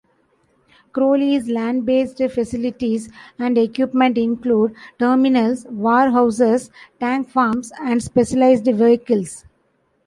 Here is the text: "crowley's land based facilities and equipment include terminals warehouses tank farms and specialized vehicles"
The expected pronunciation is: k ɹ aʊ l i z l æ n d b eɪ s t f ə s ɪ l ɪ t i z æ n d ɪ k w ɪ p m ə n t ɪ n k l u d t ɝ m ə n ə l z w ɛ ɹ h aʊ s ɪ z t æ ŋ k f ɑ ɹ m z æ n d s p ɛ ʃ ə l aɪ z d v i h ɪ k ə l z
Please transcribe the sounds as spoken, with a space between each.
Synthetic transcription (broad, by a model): k ɹ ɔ l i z l æ n d b eɪ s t f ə s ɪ l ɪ t i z æ n d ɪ k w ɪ p m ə n t ɪ n k l u d t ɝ m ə n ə l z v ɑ ɹ h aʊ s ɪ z t æ ŋ k f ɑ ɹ m s æ n d s p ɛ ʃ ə l aɪ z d v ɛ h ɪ k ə l s